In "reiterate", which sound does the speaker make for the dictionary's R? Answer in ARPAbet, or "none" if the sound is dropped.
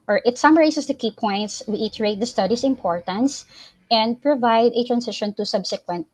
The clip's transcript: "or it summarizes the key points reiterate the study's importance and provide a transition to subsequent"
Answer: W